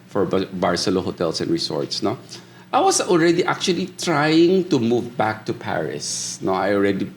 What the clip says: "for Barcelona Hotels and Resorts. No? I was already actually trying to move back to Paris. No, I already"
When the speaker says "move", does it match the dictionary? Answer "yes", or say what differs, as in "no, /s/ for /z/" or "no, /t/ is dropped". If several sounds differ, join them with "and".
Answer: yes